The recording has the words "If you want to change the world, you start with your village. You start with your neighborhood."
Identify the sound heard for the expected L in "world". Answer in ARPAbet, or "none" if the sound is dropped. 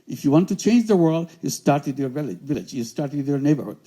L